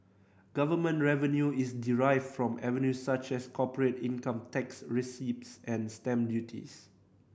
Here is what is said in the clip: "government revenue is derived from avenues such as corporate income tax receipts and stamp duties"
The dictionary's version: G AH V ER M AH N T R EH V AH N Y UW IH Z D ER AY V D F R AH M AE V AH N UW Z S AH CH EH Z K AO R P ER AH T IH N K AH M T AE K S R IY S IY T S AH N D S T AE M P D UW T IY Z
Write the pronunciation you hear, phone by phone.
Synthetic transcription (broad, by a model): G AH V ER M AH N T R EH V AH N Y UW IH S D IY AY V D F R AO M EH V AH N UW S S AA CH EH S K AO P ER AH T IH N K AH M T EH K S R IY S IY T S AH N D S T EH M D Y UW T IY S